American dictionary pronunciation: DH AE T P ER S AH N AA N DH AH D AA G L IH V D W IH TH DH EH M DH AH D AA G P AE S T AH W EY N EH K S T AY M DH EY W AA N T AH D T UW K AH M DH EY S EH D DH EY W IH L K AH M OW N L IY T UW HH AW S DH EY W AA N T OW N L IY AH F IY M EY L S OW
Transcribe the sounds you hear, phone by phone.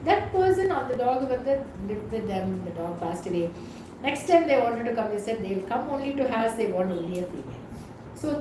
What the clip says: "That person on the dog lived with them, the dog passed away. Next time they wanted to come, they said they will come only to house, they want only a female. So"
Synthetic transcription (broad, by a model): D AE T P ER S AH N AA N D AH D AA G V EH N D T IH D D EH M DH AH D AA G P AE S T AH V EY N EH K S T AY M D EY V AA N T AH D T UW K AH M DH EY S EH D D EY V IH L K AH M OW N L IY T UW HH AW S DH EY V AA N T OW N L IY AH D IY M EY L S OW